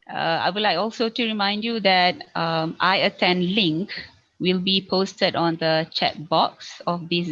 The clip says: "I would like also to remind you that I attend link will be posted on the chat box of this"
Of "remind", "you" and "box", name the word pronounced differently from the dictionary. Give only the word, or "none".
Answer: none